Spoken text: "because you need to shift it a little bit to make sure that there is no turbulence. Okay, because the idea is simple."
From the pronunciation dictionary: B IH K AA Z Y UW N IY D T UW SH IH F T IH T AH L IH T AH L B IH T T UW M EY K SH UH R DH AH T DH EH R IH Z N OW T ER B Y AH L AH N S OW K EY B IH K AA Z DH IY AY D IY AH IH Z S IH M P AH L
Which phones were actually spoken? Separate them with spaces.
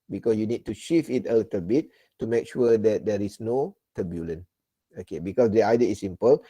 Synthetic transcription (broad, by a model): B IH K AA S Y UW N IY D T UW SH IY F IH T AH L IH T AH L B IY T T UW M EY K SH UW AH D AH T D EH R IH S N OW T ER B Y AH L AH N OW K EY B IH K AA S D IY AY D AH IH S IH M P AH L